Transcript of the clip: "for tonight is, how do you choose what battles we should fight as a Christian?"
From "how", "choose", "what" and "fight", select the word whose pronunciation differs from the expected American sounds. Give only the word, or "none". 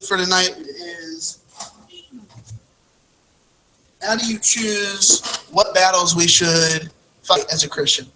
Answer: none